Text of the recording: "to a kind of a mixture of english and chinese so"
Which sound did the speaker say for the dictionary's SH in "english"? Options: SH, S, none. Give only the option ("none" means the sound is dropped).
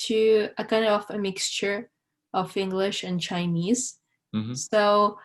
SH